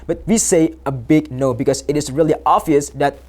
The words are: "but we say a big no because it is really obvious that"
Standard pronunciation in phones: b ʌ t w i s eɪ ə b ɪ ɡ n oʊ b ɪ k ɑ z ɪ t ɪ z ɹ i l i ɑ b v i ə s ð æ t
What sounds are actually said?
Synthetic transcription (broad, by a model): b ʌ t w i s eɪ ə b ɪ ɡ n oʊ b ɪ k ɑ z ɪ t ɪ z ɹ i l i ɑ v i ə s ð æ t